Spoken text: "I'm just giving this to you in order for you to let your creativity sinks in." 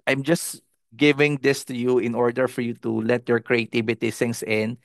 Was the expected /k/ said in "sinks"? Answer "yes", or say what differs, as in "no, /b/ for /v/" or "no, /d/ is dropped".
no, /k/ is dropped